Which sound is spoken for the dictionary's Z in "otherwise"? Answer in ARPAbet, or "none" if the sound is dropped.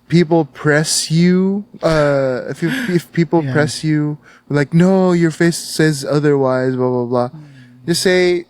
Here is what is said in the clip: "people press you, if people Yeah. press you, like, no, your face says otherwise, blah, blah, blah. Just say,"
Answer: Z